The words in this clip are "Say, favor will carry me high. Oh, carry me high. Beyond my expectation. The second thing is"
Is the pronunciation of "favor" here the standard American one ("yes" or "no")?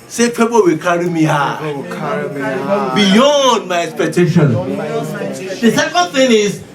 no